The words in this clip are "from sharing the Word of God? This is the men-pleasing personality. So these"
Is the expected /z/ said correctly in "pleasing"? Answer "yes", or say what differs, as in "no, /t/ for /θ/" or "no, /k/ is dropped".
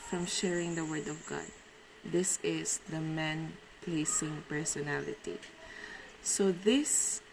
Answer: no, /s/ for /z/